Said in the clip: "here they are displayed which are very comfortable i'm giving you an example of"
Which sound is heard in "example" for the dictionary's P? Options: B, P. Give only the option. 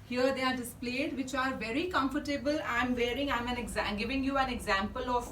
P